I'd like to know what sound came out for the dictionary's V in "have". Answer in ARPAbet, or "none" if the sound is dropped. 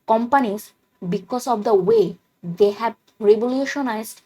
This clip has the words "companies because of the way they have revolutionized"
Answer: B